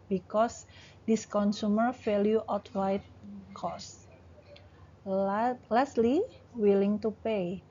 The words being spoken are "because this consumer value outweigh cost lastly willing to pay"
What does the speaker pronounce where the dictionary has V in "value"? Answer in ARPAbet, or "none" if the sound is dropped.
F